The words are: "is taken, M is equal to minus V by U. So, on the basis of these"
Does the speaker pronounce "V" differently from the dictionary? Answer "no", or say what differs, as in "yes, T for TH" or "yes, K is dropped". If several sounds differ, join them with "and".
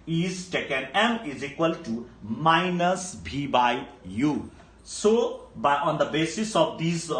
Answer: yes, B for V